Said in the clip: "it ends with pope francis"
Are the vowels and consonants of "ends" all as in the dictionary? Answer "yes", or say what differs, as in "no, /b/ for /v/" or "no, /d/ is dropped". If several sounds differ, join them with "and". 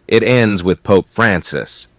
yes